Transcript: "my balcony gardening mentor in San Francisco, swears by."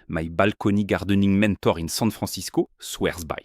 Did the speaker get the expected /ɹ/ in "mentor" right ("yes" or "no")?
yes